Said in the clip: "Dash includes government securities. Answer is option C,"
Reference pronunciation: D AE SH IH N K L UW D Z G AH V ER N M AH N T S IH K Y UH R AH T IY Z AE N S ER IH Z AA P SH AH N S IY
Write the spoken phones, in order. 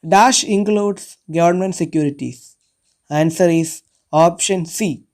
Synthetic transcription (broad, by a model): D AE SH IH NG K L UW D S G AH V ER N M AH N T S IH K Y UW R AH T IY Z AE N S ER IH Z AA P SH AH N S IY